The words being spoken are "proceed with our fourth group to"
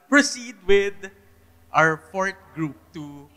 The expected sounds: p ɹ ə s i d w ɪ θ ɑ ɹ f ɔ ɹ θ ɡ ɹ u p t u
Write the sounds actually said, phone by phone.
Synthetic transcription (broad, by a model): p ɹ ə s i d w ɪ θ ɑ ɹ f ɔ ɹ t ɡ ɹ u p t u